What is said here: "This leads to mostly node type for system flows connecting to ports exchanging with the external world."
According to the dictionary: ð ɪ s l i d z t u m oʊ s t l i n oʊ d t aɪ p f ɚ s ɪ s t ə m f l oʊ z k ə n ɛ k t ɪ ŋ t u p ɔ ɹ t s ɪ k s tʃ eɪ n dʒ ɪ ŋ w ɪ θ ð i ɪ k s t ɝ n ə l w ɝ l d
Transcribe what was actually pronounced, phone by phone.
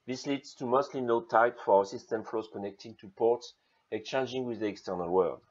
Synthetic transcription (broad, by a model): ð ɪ s l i d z t u m oʊ s t l i n oʊ t aɪ p f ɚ s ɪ s t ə m f l oʊ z k ə n ɛ k t ɪ ŋ t u p ɔ ɹ t s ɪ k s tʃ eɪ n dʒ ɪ ŋ w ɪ ð i ɪ k s t ɝ n ə l w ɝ l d